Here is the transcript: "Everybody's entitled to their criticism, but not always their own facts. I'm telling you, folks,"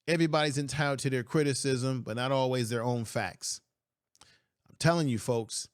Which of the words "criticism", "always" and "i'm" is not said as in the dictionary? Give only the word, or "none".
none